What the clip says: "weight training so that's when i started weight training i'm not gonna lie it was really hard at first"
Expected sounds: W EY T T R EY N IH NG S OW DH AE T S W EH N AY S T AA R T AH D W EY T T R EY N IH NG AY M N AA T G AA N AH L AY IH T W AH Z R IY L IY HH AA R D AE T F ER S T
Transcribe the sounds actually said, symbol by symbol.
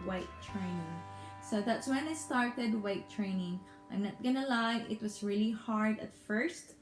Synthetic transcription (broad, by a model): W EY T T R EY N IH NG S OW DH AE T S W EH N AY S T AA R T AH D W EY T T R EY N IH NG AY M N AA T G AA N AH L AY IH T W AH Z R IY L IY HH AA R D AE T F ER S T